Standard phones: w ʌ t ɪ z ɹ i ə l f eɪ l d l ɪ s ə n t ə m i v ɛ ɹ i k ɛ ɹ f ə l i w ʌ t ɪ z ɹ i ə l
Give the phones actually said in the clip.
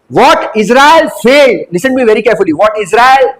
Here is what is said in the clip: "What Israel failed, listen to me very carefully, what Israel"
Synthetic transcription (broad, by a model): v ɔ t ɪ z ɹ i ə l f eɪ d l ɪ s ə n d m i v ɛ ɹ i k ɛ ɹ f ə l i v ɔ t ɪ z ɹ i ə l